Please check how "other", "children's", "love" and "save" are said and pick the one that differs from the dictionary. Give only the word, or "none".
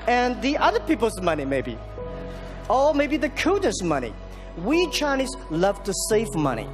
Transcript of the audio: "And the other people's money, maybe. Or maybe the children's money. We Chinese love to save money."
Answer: children's